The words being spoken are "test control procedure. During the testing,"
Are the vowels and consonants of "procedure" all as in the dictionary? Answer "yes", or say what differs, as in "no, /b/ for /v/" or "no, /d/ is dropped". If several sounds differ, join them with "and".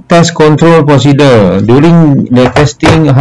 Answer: no, /ɹ/ is dropped